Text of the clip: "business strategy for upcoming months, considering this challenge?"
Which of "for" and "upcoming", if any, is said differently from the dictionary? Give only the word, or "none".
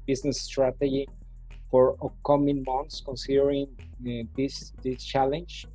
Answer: upcoming